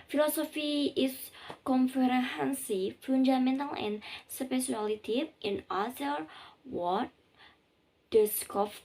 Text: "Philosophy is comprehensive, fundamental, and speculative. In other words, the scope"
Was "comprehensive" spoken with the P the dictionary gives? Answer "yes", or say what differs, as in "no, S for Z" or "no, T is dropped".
no, F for P